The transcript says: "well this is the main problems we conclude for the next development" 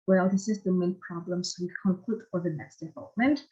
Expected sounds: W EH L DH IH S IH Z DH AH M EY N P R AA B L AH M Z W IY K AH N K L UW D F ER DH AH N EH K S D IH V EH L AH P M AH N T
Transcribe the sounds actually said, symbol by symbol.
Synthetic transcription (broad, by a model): W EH L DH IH S IH Z DH AH M EY N P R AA B L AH M S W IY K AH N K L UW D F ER DH AH N EH K S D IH V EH L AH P M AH N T